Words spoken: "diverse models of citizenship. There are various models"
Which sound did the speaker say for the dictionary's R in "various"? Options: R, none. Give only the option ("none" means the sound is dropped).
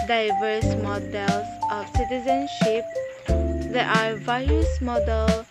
none